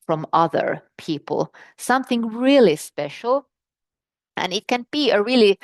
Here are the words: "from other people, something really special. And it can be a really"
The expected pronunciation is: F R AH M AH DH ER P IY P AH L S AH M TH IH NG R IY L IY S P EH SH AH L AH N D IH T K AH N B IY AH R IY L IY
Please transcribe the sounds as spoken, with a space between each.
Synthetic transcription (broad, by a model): F R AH M AH DH ER P IY P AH L S AH M TH IH NG R IY L IY S P EH SH L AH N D IH T K AH N B IY AH R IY L IY